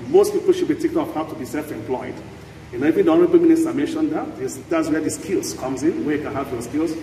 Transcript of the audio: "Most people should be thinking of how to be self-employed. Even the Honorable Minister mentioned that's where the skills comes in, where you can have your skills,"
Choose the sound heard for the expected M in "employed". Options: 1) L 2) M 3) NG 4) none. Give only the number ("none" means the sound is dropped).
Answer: 2